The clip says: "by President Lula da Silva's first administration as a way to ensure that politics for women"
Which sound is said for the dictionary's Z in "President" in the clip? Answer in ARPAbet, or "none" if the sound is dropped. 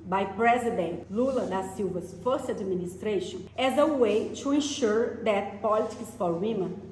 Z